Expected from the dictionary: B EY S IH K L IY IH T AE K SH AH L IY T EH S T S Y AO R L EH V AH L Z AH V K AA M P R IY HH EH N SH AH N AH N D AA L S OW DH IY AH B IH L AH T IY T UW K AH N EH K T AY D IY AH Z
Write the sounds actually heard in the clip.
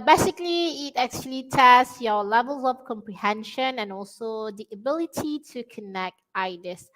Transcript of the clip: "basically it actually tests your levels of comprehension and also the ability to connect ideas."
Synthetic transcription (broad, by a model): B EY S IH K L IY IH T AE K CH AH L IY T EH S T Y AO L EH V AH L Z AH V K AA M P R IY HH EH N SH AH N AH N AA L S OW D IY AH B IH L AH T IY T UW K AH N EH K T AY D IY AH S